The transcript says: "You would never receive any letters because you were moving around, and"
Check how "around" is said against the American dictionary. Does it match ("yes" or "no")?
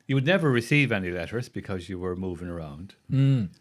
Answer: no